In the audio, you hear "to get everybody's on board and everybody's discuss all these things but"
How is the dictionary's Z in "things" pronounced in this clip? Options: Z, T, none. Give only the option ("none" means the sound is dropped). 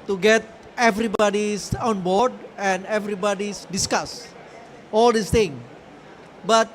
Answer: none